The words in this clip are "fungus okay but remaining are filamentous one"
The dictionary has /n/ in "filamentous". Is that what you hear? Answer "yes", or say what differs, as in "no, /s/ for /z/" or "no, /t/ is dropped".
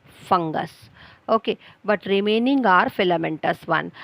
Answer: yes